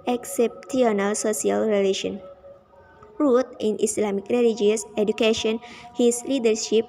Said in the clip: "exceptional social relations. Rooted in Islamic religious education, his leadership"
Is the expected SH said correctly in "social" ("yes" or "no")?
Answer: no